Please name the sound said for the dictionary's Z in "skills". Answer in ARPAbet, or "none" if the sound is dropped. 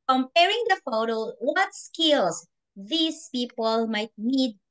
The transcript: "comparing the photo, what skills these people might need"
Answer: S